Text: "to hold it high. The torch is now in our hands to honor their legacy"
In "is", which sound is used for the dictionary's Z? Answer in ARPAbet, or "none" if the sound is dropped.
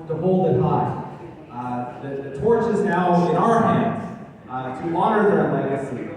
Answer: Z